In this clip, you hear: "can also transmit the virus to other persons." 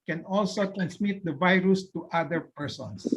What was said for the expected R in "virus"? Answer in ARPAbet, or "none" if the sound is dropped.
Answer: R